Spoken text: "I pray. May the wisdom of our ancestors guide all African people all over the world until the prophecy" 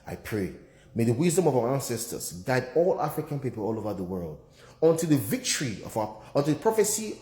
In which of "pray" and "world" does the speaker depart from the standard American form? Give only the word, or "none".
none